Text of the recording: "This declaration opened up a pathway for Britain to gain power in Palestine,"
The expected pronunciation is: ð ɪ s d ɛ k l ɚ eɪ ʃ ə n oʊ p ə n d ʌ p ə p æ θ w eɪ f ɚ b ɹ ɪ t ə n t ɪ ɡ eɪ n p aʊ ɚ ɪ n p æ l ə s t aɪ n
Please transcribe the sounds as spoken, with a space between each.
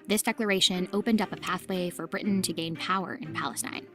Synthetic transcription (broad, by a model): ð ɪ s d ɛ k l ɚ eɪ ʃ ə n oʊ p ə n d ʌ p ə p æ θ w eɪ f ɚ b ɹ ɪ t n t ɪ ɡ eɪ n p aʊ ɚ ɪ n p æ l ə s t aɪ n